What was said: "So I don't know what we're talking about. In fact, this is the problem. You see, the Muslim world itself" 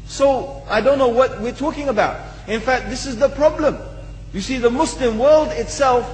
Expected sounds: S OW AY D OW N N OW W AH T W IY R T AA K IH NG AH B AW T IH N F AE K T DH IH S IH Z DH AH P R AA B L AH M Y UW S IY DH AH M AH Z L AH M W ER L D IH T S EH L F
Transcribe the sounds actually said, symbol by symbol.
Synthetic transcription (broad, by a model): S OW AY D OW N N OW W AH T W IY R T AA K IH NG AH B AW T IH N F AE K T DH IH S IH Z DH AH P R AA B L AH M Y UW S IY DH AH M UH S L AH M W ER L D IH T S EH L F